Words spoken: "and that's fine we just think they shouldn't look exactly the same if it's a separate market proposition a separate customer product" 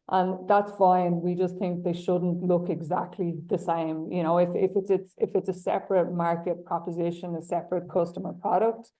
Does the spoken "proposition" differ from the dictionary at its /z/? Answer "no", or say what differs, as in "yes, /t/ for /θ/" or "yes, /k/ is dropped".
no